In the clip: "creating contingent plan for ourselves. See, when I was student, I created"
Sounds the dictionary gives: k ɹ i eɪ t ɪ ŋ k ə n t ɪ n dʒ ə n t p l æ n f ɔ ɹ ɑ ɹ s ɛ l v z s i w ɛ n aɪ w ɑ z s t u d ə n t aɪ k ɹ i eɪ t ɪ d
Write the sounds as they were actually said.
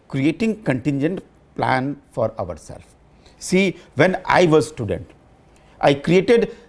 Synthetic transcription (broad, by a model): k ɹ i eɪ t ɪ ŋ k ə n t ɪ n dʒ ə n t p l æ n f ɔ ɹ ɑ ɹ s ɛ l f s i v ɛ n aɪ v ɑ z s t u d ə n t aɪ k ɹ i eɪ t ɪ d